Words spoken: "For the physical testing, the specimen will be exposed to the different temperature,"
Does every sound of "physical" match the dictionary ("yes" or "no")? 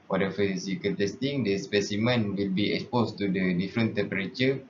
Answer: no